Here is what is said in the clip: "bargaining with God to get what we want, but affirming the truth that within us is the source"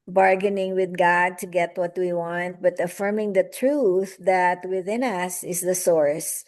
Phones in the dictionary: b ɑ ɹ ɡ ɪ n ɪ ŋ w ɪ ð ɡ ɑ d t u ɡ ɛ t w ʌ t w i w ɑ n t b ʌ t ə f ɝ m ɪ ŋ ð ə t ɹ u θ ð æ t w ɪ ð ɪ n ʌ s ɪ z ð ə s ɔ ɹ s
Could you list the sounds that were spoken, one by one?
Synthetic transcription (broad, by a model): b ɑ ɹ ɡ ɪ n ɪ ŋ w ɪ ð ɡ ɑ d t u ɡ ɛ t w ʌ t w i w ɑ n t b ʌ t ə f ɝ m ɪ ŋ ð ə t ɹ u θ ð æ t w ɪ ð ɪ n ʌ s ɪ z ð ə s ɔ ɹ s